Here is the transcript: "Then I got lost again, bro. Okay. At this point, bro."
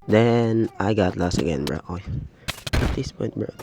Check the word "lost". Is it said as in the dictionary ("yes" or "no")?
no